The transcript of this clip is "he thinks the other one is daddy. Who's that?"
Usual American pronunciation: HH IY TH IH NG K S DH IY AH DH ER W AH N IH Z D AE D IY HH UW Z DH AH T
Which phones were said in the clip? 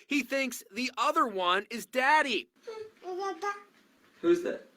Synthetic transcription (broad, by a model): HH IY TH IH NG K S DH IY AH DH ER W AH N IH Z D AE D IY HH UW Z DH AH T